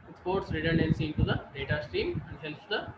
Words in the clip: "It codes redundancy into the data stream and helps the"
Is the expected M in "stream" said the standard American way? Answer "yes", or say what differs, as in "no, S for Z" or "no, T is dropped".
yes